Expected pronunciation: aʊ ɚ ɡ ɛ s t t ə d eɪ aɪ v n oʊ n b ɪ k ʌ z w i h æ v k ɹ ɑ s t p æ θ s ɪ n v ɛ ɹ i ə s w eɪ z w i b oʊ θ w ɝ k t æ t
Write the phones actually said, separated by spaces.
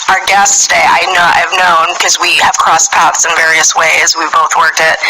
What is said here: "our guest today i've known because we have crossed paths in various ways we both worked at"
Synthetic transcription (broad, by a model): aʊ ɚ ɡ ɛ s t t ə d eɪ aɪ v n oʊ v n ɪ k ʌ z w i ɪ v k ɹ ɑ s p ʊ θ s ɪ n v ɛ ɹ i ə s w eɪ z w i b oʊ θ w ɝ k t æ t